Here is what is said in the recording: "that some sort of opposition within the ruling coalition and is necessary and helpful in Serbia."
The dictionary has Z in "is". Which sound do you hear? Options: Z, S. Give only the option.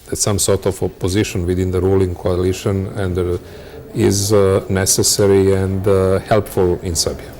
Z